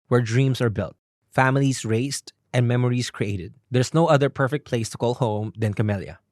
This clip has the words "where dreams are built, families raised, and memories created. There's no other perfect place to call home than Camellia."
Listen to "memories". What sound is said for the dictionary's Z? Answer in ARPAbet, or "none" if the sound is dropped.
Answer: S